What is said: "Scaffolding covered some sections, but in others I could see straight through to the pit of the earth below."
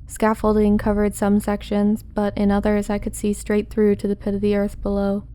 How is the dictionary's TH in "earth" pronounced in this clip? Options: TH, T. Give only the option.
TH